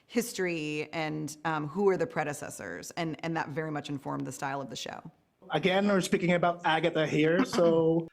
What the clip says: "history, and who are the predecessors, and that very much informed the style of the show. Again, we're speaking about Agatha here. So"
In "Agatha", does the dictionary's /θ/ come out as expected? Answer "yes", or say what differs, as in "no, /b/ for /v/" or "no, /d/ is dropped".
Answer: no, /t/ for /θ/